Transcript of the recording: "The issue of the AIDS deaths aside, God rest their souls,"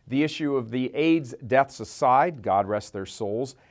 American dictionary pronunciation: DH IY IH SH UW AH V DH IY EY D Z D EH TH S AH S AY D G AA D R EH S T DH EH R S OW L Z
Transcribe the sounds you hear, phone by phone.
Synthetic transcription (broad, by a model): DH IY IH SH UW AH V DH IY EY D Z D EH TH S AH S AY D G AA D R EH S T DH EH R S OW L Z